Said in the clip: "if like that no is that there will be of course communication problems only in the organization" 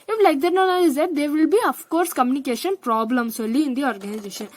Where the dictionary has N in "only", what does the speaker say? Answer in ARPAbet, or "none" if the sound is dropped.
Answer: none